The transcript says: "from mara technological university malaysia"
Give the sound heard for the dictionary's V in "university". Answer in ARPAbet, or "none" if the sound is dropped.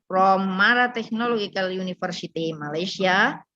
F